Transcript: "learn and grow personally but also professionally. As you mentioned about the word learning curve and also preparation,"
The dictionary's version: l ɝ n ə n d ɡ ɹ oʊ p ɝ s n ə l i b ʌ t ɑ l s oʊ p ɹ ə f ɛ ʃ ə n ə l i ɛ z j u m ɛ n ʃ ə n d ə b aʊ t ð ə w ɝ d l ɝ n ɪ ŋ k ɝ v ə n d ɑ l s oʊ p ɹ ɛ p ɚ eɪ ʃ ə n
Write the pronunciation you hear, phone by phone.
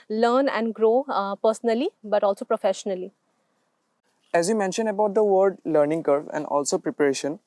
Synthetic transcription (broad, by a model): l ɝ n ə n d ɡ ɹ oʊ p ɝ s n ə l i b ʌ t ɑ l s oʊ p ɹ ə f ɛ ʃ ə n ə l i ɛ z j u m ɛ n ʃ ə n d ə b aʊ t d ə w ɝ d l ɝ n ɪ ŋ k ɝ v ə n d ɑ l s oʊ p ɹ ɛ p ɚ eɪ ʃ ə n